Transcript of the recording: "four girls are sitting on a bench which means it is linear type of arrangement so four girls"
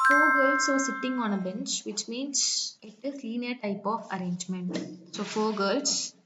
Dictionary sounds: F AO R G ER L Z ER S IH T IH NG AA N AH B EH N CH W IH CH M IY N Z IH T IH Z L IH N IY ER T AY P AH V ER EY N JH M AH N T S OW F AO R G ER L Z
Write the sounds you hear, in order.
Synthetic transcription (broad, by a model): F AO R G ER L S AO S IH T IH NG AA N AH B EH N CH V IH CH M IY N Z IH T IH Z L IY N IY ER T AY P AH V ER EY N JH M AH N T S OW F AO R G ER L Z